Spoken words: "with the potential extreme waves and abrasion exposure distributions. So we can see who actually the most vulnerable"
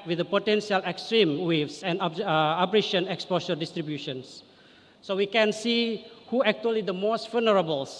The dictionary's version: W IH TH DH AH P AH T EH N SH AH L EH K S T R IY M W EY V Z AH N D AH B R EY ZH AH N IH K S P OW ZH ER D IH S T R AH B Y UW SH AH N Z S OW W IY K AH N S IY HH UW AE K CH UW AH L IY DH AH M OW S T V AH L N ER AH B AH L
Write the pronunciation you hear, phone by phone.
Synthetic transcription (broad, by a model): W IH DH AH P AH T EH N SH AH L EH K S T R IY M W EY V S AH N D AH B R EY SH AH N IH K S P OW S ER D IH S T R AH B Y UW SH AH N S S OW W IY K AH N S IY HH UW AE K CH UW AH L IY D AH M OW S T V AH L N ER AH B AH L